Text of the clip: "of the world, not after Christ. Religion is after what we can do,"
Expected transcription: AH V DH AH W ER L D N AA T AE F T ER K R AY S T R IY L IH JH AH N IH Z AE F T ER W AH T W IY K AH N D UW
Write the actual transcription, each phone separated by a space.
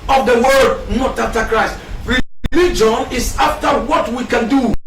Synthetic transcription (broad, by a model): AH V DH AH W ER D N AA T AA F T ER K R AY S T R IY L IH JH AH N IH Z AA F T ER W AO T W IY K AH N D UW